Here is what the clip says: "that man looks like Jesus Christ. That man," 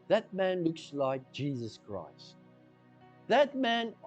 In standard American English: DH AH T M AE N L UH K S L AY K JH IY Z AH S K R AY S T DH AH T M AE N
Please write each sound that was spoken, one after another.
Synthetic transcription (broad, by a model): DH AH T M AE N L UH K S L AY K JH IY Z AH S K R AY S T DH AH T M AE N